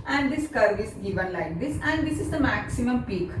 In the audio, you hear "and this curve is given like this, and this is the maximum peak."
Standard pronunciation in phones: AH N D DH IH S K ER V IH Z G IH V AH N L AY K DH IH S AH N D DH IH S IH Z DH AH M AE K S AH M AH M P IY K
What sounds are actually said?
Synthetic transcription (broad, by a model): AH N D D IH S K ER V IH S G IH V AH N L AY K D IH S AH N D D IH S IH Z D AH M AE K S AH M AH M P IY K